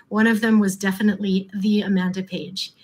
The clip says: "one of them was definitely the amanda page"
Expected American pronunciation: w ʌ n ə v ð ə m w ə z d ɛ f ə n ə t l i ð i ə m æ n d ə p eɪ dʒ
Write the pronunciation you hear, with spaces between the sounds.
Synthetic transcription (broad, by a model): w ʌ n ə v ð ə m w ə z d ɛ f ə n ə t l i ð i ə m æ n d ə p eɪ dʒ